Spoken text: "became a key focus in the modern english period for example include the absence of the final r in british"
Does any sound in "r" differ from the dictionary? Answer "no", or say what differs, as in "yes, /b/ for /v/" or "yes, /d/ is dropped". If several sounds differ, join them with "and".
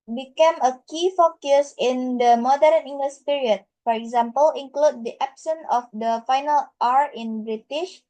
no